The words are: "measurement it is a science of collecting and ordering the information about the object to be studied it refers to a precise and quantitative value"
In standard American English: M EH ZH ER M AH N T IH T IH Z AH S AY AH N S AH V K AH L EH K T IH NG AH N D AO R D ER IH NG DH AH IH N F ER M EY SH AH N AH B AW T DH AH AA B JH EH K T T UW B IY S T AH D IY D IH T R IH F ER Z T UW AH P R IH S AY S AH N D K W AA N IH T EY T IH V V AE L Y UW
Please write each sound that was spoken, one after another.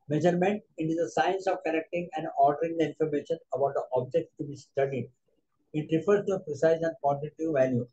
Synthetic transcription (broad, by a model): M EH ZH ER M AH N T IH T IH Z AH S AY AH N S AH V K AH N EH K T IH NG AH N D AO R D ER IH NG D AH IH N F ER M EY SH AH N AH B AW T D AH AA B JH EH K T T UW B IY S T AH D IY D IH T R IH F ER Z T UW AH P R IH S AY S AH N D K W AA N T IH T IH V V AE L Y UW